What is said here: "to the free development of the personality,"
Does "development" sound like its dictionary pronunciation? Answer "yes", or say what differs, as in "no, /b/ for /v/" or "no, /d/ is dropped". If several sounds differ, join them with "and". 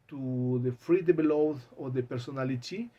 no, /b/ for /v/